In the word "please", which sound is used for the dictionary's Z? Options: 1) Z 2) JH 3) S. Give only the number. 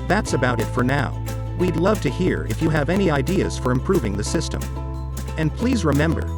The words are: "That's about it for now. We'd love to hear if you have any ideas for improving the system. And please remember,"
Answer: 1